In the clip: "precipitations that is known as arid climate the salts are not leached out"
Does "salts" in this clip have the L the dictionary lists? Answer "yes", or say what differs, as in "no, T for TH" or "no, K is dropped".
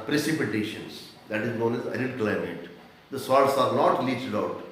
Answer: no, L is dropped